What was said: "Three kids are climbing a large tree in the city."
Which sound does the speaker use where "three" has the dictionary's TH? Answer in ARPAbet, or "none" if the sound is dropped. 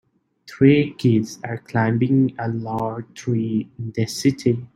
T